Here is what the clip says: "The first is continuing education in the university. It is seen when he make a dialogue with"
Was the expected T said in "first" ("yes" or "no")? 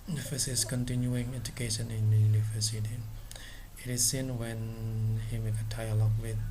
no